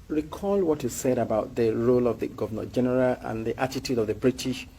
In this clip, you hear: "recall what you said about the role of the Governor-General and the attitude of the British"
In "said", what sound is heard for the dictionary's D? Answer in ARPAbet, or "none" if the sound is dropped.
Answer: D